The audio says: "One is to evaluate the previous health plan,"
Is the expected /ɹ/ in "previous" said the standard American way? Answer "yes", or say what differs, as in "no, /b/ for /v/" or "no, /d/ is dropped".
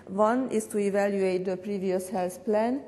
yes